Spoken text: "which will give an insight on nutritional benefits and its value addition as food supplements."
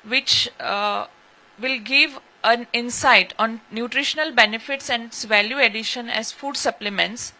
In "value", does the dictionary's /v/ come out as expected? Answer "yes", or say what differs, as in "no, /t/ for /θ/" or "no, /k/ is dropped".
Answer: yes